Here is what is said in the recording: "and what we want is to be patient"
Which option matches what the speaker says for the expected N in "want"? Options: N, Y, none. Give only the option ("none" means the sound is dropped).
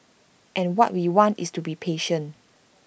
N